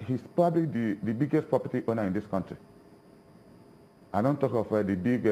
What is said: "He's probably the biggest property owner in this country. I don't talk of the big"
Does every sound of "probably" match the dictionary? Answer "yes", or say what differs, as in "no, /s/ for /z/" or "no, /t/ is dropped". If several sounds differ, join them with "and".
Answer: no, /ɹ/ is dropped